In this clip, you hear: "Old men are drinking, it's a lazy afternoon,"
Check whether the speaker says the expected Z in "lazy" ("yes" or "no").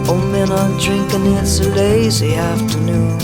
yes